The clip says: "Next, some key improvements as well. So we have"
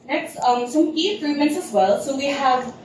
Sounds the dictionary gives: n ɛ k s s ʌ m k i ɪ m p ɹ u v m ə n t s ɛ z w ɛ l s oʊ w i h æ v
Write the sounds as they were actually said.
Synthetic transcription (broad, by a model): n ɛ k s s ʌ m k i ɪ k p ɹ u m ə n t s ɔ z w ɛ l s oʊ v i h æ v